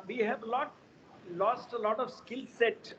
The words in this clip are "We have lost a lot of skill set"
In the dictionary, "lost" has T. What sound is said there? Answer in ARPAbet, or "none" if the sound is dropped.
T